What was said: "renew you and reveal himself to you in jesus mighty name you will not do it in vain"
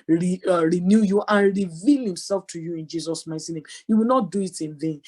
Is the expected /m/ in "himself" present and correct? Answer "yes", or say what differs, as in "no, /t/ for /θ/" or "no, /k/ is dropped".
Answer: yes